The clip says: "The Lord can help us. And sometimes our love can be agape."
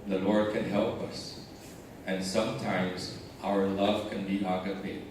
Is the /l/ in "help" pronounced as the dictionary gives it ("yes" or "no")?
yes